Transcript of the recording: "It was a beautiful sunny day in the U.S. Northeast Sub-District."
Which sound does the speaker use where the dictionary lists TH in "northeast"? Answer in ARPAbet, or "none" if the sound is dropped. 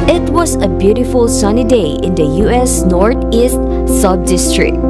T